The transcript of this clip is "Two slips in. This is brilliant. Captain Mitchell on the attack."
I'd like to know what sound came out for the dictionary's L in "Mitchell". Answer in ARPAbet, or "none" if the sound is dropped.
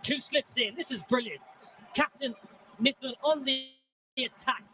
N